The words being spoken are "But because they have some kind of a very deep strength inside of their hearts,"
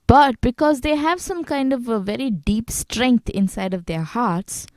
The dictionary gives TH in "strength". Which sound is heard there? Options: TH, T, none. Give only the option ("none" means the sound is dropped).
T